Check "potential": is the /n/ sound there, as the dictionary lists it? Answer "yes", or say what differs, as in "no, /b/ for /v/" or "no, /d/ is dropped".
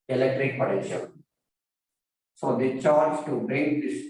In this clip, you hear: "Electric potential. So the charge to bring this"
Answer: no, /n/ is dropped